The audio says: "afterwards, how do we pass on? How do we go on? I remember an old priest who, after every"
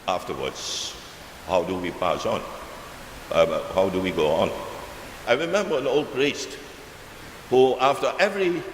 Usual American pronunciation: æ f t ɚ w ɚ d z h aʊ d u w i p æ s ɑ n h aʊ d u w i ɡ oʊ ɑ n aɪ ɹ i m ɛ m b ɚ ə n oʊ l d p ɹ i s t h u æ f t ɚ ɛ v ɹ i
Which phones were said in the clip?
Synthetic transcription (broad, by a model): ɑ f t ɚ w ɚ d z h aʊ d u w i p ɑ s ɑ n h aʊ d u w i ɡ oʊ ɑ n aɪ ɹ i m ɛ m b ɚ ə n oʊ l d p ɹ i s t h u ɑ f t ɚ ɛ v ɹ i